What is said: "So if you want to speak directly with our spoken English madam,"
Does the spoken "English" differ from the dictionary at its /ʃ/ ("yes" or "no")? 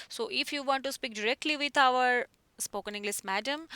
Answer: yes